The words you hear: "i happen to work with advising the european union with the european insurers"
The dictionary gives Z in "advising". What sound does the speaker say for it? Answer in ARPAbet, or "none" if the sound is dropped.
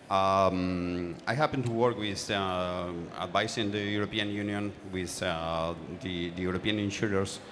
S